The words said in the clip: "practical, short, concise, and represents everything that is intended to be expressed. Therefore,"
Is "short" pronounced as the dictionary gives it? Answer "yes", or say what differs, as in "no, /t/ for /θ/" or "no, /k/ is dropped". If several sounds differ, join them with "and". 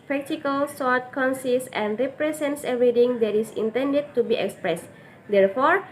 no, /s/ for /ʃ/